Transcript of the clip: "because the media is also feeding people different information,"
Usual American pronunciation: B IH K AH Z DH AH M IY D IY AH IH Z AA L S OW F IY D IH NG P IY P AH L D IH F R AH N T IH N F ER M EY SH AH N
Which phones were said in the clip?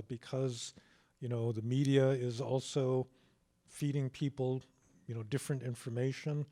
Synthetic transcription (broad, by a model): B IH K AH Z DH AH M IY D IY AH IH Z AA L S OW F IY D IH NG P IY P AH N D IH F R AH N T IH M F ER M EY SH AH N